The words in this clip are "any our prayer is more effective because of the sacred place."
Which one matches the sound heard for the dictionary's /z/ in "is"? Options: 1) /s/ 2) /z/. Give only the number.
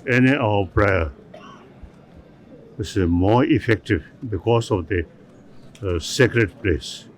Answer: 1